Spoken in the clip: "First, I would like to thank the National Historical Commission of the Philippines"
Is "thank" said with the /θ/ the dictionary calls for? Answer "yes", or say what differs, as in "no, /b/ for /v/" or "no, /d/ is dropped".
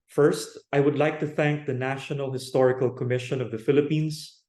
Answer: yes